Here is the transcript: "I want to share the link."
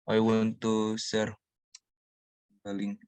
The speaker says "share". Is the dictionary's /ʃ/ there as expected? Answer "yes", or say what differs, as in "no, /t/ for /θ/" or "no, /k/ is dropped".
no, /s/ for /ʃ/